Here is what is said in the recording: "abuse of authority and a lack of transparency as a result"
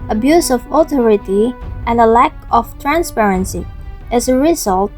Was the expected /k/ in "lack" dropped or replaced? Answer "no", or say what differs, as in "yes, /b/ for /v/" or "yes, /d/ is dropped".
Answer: no